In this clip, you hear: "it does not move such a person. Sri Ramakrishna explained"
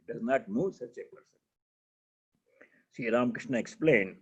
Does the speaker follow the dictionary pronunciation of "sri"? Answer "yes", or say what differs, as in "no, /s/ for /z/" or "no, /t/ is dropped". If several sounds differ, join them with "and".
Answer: no, /ɹ/ is dropped